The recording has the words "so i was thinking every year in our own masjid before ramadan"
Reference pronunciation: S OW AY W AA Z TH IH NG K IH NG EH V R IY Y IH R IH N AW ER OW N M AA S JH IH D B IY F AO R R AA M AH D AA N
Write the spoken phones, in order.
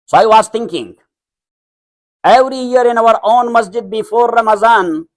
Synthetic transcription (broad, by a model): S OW AY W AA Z T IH NG K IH NG EH V R IY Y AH R IH N AW ER OW N M AA S JH IH D B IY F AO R R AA M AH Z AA N